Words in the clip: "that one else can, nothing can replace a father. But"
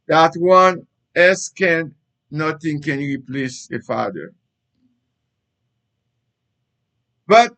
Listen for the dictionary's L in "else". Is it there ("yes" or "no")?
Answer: no